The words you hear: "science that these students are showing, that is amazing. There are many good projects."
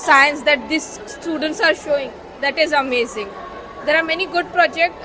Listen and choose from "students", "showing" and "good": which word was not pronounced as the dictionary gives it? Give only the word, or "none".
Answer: none